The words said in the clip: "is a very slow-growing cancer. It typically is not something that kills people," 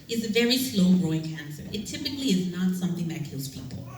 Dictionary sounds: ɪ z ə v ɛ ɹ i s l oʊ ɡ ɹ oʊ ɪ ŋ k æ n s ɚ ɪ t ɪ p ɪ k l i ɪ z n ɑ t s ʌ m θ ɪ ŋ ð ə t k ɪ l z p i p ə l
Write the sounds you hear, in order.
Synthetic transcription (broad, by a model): ɪ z ə v ɛ ɹ i s l oʊ ɡ ɹ oʊ ɪ ŋ k æ n s ɚ ɪ t ɪ p ɪ k l i ɪ z n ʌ t s ʌ m θ ɪ ŋ ð ə t k ɪ l z p i p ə l